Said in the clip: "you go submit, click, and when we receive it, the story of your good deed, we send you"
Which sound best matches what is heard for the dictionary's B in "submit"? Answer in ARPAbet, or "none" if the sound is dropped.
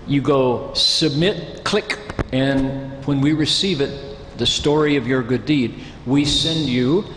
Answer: B